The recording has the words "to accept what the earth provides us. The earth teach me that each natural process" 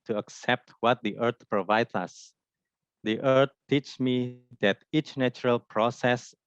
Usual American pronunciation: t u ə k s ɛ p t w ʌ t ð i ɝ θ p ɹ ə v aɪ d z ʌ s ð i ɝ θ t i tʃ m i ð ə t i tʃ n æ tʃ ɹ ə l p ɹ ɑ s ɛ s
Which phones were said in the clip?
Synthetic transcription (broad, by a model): t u ə k s ɛ p t w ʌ t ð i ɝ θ p ɹ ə v aɪ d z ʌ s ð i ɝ t t i tʃ m i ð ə t i tʃ n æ tʃ ɹ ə l p ɹ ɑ s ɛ s